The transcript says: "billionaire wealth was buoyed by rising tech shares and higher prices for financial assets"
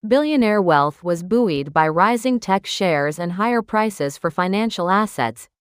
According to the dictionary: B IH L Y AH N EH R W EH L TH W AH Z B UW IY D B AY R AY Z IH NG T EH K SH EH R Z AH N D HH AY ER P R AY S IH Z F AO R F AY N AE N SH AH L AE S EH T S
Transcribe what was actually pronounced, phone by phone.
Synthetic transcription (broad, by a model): B IH L Y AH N EH R W EH L TH W AH Z B UW IY D B AY R AY Z IH NG T EH K SH EH R Z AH N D HH AY ER P R AY S IH Z F AO R F AY N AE N SH L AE S EH T S